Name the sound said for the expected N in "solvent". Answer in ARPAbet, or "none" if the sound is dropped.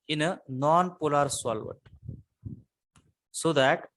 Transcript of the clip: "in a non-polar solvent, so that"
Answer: none